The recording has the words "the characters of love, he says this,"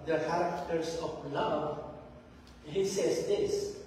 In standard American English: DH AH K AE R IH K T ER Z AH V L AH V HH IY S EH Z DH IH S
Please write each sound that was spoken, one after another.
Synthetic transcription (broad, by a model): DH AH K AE R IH K T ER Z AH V L AH V HH IY S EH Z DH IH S